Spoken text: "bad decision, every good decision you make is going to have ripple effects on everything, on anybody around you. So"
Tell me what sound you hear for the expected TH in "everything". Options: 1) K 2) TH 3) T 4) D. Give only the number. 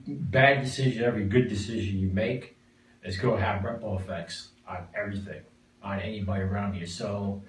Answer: 2